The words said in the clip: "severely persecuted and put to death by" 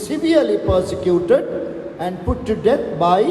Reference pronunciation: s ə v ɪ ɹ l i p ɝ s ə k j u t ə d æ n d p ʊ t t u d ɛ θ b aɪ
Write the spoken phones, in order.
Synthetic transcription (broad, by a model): s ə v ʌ ɹ l i p ɝ s ə k j u t ə d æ n d p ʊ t t u d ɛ t b aɪ